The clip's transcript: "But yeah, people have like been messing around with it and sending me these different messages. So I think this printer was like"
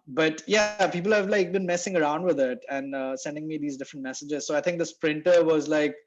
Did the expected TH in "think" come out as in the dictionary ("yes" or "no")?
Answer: no